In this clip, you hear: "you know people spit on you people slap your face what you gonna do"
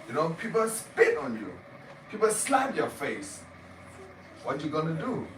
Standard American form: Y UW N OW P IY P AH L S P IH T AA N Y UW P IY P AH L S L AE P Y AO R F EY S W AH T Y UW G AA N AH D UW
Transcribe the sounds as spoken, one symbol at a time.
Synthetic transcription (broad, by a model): Y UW N OW P IY P AH L S P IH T AA N Y UW P IY P AH L S L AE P Y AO F EY S W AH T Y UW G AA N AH D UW